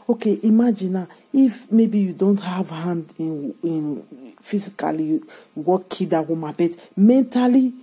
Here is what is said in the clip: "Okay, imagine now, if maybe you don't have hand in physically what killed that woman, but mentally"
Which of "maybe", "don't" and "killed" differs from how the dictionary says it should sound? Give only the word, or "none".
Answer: killed